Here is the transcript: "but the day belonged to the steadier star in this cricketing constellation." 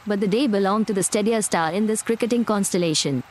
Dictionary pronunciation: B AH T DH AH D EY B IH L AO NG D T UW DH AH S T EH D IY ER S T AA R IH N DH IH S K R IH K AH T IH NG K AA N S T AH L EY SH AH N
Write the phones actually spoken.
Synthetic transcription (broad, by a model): B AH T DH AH D EY B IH L AO NG T UW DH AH S T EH D IY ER S T AA L IH N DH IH S K R IH K AH T IH NG K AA N S T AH L EY SH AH N